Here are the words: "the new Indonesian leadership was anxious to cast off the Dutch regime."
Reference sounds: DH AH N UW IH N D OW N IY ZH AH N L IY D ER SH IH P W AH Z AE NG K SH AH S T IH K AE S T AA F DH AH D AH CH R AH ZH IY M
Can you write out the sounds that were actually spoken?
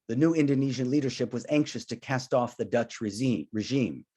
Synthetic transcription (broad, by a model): DH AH N UW IH N D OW N IY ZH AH N L IY D ER SH IH P W AH Z AE NG K SH AH S T IH K AE S T AA F DH AH D AH CH R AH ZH IY M